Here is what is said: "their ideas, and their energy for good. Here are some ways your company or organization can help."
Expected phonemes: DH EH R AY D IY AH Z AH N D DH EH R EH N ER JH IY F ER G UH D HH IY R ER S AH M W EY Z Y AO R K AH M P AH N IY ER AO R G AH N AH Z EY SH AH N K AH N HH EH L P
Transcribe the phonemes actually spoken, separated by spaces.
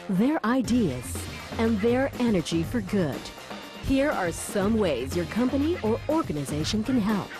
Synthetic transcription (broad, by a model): DH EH R AY D IY AH Z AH N DH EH R EH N ER JH IY F ER G UH D HH IY R ER S AH M W EY Z Y AO R K AH M P AH N IY ER AO R G AH N AH Z EY SH AH N K AH N HH EH L P